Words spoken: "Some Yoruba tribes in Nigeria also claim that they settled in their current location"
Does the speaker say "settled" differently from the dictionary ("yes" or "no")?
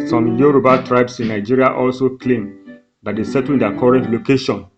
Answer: yes